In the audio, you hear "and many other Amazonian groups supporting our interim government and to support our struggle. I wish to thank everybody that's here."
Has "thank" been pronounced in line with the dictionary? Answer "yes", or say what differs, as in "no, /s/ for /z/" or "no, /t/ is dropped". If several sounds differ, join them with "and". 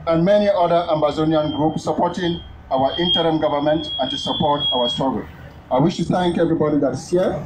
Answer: yes